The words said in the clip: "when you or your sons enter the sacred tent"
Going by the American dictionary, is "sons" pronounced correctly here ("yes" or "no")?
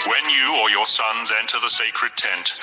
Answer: yes